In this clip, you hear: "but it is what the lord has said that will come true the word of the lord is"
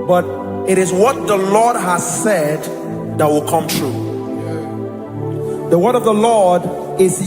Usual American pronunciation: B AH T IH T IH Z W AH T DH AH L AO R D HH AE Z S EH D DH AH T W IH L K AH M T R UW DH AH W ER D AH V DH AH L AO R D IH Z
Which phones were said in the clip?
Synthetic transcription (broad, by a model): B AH T IH T IH Z W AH T DH AH L AO R D HH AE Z S EH D DH AH T W IH L K AH M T R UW DH AH W ER D AH V DH AH L AO R D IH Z